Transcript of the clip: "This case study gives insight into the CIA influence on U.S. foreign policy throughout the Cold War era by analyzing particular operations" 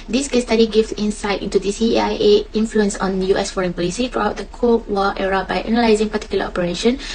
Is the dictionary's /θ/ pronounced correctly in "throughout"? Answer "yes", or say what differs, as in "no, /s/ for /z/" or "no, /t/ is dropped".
no, /t/ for /θ/